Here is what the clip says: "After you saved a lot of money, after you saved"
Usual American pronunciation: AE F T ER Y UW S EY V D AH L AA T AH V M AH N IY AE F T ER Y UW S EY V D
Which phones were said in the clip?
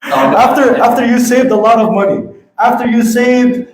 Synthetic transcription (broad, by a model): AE F T ER Y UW S EY V D AH L AA T AH V M AH N IY AE F T ER Y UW S EY V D